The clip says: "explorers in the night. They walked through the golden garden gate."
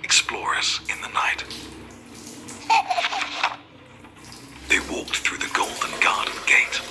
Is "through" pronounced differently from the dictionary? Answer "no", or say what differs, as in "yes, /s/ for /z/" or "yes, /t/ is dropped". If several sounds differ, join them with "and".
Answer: no